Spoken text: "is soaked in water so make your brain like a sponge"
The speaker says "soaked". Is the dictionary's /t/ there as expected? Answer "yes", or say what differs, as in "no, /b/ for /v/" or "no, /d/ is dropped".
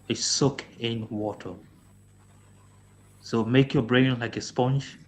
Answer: no, /t/ is dropped